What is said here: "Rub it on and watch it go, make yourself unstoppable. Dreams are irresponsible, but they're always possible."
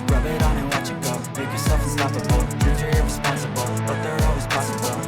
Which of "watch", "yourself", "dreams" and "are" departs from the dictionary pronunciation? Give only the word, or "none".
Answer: dreams